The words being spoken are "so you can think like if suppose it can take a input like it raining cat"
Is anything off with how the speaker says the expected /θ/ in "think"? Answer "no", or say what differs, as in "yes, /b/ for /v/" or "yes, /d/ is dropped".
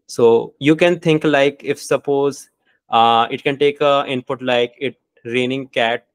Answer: yes, /t/ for /θ/